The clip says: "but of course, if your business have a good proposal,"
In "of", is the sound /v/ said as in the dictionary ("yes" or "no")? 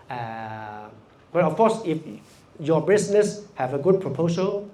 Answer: no